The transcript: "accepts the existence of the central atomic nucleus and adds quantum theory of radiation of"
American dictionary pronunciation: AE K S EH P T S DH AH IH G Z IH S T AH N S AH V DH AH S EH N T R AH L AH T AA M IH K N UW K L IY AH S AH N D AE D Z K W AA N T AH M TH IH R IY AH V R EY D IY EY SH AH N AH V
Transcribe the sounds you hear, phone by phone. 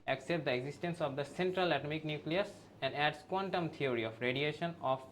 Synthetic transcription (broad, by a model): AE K S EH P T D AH IH G Z IH S T AH N S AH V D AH S EH N T R AH L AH T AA M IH K N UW K L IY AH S AH N D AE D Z K W AA N T AH M T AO R IY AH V R EY D IY EY SH AH N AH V